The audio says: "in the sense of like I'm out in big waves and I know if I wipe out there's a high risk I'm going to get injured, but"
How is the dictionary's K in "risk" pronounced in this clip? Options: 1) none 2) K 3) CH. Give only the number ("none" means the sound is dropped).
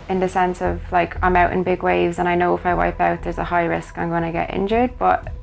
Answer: 2